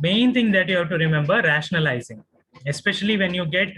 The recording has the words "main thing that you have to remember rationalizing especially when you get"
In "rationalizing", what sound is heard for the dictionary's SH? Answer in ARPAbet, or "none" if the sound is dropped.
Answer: SH